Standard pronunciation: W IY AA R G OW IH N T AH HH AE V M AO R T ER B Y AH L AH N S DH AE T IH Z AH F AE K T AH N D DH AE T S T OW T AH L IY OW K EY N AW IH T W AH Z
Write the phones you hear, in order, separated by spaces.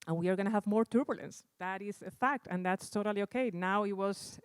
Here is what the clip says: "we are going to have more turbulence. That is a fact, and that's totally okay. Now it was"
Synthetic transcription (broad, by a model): W IY AA R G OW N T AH HH AE V M AO R T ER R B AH L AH N S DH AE T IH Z AH F AE K T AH N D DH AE T S T OW T AH L IY OW K EY N AW IH T W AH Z